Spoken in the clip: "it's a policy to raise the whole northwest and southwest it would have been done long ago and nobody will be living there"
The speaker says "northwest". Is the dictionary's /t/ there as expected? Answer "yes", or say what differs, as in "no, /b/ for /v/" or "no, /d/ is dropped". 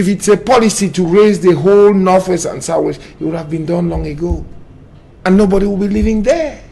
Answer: no, /t/ is dropped